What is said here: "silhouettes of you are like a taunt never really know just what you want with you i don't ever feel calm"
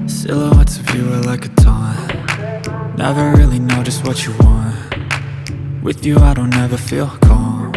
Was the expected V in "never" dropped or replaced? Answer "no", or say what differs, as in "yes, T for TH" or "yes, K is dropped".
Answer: no